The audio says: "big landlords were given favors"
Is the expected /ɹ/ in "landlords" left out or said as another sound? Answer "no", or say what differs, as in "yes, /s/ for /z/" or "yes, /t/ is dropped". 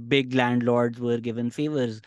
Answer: no